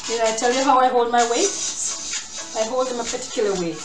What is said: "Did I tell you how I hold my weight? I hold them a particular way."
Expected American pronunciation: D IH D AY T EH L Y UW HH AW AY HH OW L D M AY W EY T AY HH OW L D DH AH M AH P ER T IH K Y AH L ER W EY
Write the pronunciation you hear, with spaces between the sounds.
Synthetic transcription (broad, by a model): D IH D AY T EH L Y UW HH AW AY HH OW L D M AY W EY AY HH OW L D DH AH M AH P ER T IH K Y L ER W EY